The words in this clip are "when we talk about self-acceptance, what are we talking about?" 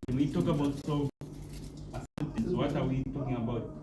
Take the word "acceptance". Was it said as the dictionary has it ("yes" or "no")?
no